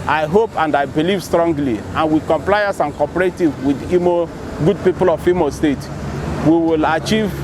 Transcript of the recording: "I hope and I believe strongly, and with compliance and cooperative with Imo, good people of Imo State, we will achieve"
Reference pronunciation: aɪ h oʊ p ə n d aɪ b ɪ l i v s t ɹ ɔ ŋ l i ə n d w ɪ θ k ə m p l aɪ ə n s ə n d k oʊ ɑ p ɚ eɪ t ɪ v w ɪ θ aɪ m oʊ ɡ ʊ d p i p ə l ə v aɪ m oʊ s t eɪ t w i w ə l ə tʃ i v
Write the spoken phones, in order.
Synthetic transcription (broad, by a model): aɪ h oʊ p ə n d aɪ b ɪ l i v s t ɹ ɔ ŋ l i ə n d w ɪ k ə m p l aɪ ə s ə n k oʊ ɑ p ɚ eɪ t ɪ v w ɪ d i m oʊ ɡ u d p i p ə l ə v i m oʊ s t eɪ t w i w ə l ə tʃ i v